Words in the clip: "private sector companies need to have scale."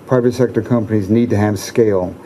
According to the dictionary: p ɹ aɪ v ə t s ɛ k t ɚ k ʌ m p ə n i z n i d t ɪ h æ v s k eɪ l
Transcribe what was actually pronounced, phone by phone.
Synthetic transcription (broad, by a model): p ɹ aɪ v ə t s ɛ k t ɚ k ʌ m p ə n i z n i d t ɪ h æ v s k eɪ l